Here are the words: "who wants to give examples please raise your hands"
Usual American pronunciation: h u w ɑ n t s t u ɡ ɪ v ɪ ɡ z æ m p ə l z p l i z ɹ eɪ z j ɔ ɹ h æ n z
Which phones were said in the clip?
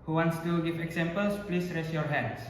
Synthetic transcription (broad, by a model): h u w ɑ n t s t u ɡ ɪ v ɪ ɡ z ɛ m p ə l s p l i s ɹ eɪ s j ɔ ɹ h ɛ n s